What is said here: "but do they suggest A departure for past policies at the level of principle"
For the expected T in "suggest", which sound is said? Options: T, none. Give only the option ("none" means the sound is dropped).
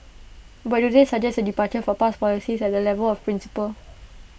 none